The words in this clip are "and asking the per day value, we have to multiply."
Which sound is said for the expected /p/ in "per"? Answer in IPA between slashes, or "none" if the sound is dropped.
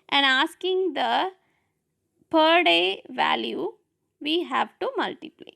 /p/